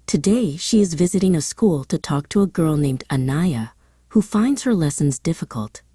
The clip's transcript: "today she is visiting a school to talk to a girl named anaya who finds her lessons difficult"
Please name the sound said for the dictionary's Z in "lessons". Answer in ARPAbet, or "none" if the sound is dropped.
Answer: Z